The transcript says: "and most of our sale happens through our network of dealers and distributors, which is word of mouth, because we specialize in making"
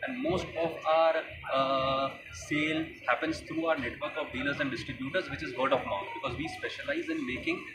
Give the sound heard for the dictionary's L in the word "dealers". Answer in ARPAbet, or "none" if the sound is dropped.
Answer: L